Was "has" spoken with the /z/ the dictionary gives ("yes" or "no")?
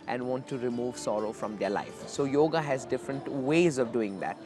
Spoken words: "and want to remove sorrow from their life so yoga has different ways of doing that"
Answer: yes